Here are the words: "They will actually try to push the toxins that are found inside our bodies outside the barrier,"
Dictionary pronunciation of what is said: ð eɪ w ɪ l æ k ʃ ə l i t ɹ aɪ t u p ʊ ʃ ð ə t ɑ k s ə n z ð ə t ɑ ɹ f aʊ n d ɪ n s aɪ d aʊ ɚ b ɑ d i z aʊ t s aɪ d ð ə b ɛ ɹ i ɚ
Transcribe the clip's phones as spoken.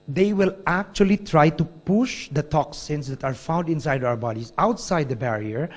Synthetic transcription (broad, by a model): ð eɪ w ɪ l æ k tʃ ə l i t ɹ aɪ t u p ʊ ʃ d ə t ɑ k s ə n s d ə t ɑ ɹ f aʊ n d ɪ n s aɪ d aʊ ɚ b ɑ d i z aʊ t s aɪ d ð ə b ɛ ɹ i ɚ